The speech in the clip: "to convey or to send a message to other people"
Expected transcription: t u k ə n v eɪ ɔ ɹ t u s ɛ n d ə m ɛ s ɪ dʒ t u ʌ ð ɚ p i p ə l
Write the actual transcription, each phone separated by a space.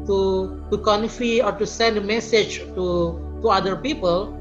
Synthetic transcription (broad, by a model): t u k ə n f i ɔ ɹ t u s ɛ n d ə m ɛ s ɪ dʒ t u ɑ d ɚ p i p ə l